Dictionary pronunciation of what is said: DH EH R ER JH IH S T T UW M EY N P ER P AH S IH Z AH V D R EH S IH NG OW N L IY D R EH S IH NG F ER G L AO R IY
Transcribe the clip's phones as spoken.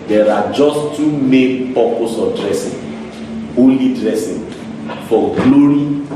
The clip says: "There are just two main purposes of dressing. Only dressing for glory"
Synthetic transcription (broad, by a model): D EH R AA JH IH S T T UW M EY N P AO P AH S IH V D R EH S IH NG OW L IY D R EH S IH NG F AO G L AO R IY